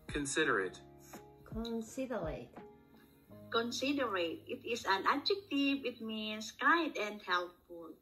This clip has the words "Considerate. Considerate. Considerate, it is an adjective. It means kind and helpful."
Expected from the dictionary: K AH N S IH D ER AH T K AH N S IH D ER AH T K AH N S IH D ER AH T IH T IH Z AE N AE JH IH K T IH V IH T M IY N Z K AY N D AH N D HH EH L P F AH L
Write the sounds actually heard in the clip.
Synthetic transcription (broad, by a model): K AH N S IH D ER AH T K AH N S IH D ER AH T K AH N S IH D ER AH T IH T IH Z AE N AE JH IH K T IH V IH T M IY N S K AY D AH N D HH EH L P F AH L